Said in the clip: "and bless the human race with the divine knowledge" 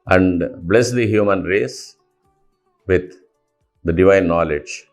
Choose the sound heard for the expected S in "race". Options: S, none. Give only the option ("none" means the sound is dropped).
S